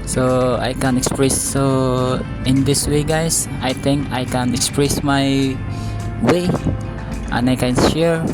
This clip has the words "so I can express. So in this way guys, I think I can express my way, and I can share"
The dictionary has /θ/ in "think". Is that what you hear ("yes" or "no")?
no